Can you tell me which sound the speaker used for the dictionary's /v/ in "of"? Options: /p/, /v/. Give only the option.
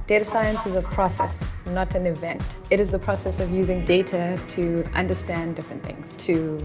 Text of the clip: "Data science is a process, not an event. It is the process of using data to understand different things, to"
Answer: /v/